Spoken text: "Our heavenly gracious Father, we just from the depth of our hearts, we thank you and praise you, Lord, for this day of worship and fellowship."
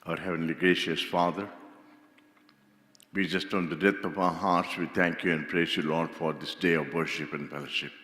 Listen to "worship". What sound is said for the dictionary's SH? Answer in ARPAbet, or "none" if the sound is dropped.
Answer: SH